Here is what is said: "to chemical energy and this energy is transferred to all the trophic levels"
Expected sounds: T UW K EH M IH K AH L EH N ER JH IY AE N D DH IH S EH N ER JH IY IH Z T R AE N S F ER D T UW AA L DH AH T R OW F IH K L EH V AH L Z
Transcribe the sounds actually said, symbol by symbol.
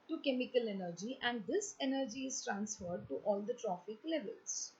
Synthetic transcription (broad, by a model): T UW K EH M IH K AH L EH N ER JH IY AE N D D IH S EH N ER JH IY IH Z T R AE N S F ER D T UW AA L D AH T R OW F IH K L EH V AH L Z